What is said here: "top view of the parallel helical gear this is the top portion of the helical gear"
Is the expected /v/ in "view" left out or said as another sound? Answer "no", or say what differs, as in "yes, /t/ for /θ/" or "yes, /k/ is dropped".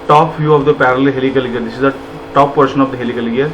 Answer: yes, /f/ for /v/